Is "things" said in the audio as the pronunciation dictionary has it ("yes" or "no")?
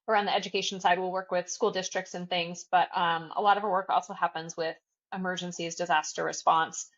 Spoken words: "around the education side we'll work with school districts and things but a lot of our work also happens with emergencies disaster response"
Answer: yes